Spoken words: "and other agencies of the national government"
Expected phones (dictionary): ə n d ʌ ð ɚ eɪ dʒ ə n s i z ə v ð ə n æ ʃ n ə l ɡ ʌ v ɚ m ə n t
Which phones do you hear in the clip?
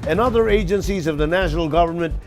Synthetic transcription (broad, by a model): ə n ʌ ð ɚ eɪ dʒ ə n s i z ə v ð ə n æ ʃ n ə l ɡ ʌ v ɚ m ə n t